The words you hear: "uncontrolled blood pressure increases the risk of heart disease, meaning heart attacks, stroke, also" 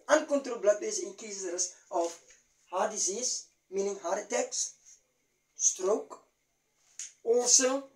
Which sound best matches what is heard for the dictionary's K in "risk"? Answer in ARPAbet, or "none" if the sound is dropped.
none